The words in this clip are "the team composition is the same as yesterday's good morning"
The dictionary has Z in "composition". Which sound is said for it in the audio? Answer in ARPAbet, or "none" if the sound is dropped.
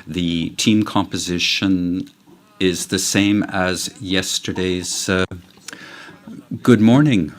Z